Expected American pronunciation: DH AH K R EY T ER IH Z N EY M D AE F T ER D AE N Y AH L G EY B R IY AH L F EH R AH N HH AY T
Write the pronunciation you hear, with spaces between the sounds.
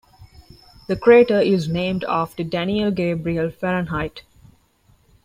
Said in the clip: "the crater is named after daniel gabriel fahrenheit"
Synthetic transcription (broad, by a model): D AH K R EY T ER IH Z N EY M D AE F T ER D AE N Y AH L G EY B R IY AH L F EH R AH N HH AY T